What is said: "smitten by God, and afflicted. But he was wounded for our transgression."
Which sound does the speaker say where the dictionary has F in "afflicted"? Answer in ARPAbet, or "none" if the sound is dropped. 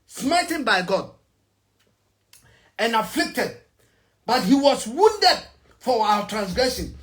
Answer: F